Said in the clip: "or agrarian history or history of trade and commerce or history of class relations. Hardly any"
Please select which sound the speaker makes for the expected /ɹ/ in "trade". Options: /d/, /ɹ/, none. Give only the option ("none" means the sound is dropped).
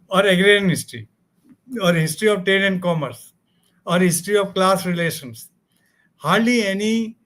none